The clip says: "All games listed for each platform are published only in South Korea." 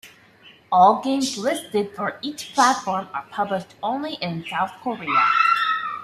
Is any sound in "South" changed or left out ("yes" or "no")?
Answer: no